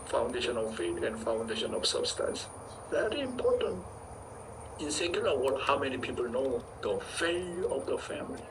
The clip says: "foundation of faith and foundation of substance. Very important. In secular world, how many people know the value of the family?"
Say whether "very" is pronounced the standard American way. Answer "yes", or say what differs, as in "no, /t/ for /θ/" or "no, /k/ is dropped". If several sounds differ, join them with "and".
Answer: yes